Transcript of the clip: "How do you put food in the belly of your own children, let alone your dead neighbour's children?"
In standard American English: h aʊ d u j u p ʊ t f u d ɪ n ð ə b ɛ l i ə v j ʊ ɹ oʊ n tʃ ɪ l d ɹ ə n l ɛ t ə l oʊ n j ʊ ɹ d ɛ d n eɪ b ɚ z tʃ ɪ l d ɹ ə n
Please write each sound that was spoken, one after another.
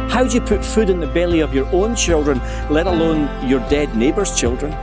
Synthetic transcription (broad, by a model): h aʊ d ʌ j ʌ p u t f u d ɪ n ð ə b ɛ l i ə v j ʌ ɹ oʊ n tʃ ɪ l d ɹ ə n l ɛ t ə l oʊ n j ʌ ɹ d ɛ d n eɪ b ɚ z tʃ ɪ l d ɹ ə n